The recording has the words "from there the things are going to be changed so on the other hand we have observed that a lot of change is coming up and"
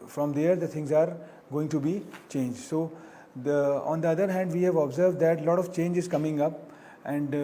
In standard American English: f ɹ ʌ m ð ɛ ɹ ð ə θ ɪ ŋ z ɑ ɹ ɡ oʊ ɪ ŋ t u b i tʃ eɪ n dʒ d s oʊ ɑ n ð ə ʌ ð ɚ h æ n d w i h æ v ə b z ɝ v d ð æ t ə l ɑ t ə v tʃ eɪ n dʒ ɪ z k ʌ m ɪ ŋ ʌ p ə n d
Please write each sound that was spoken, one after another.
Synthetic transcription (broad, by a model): f ɹ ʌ m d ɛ ɹ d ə t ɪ ŋ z ɑ ɹ ɡ oʊ ɪ ŋ t u b i tʃ eɪ n dʒ d s oʊ ɑ n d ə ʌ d ɚ h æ n d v i h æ v ə b z ɝ v d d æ t l ɑ t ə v tʃ eɪ n dʒ ɪ z k ʌ m ɪ ŋ ʌ p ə n d